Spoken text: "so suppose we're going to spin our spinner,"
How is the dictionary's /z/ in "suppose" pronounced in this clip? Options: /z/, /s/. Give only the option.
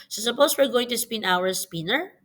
/s/